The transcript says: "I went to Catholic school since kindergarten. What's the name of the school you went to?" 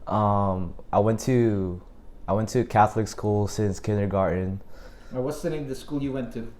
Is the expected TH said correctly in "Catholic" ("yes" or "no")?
yes